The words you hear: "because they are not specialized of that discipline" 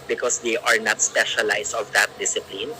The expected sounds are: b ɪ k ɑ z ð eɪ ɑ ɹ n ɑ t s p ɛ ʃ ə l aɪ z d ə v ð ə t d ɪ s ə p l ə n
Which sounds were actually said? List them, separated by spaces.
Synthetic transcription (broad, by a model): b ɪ k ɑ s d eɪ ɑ ɹ n ɑ t s p ɛ ʃ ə l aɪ s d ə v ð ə t d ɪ s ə p l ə n